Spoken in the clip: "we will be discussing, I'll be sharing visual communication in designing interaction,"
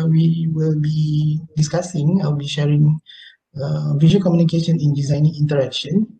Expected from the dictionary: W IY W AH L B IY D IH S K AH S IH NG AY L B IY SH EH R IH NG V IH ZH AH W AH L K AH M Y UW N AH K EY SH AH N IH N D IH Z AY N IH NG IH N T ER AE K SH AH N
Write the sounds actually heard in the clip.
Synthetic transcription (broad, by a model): W IY W AH L B IY D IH S K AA S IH NG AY W B IY SH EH R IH NG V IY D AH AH K AH M Y UW N AH K EY SH AH N IH N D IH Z AY N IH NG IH N T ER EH K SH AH N